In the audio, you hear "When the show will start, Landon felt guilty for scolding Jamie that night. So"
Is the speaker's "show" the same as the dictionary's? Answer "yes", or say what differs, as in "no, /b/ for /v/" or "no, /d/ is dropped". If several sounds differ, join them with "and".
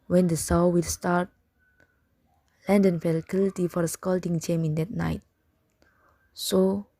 no, /s/ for /ʃ/